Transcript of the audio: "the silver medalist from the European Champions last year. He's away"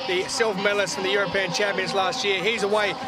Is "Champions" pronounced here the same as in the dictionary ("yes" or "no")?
yes